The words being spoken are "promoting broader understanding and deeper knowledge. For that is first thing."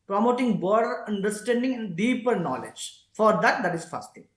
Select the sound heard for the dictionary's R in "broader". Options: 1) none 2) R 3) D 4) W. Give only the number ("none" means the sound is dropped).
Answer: 1